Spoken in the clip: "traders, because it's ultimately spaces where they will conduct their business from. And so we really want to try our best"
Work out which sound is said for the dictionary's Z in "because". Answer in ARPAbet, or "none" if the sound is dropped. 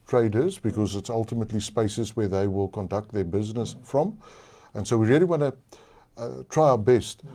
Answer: Z